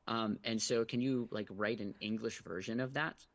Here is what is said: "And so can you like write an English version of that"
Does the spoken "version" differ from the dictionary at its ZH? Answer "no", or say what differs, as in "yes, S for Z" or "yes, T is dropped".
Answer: no